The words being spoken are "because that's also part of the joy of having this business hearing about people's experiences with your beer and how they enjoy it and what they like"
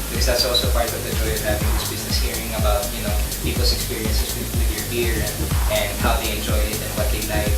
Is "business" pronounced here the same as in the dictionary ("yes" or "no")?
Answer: yes